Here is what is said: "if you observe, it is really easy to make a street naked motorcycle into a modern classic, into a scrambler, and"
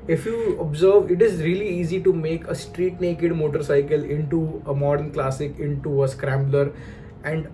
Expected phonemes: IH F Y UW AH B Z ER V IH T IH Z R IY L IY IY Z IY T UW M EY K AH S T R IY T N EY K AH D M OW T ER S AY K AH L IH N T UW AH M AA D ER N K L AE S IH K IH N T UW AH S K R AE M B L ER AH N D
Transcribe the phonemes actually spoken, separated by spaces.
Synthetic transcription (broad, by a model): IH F Y UW AH B Z ER V IH T IH Z R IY L IY IY Z IY T UW M EY K AH S T R IY T N EY K AH D M OW T ER S AY K AH L IH N T UW AH M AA D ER N K L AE S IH K IH N T UW AH S K R AE M B L ER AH N D